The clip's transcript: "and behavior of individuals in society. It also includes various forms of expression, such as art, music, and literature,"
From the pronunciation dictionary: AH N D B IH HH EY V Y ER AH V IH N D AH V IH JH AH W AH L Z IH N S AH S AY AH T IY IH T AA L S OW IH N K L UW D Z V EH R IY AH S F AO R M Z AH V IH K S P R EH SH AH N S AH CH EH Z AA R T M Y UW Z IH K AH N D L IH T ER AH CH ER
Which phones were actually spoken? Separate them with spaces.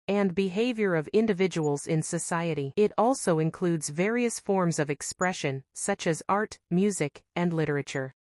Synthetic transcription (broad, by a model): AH N B IH HH EY V Y ER AH V IH N D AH V IH JH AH W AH L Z IH N S AH S AY AH T IY IH T AA L S OW IH N K L UW D Z V EH R IY AH S F AO R M Z AH V IH K S P R EH SH AH N S AH CH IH Z AA R T M Y UW Z IH K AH N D L IH T ER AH CH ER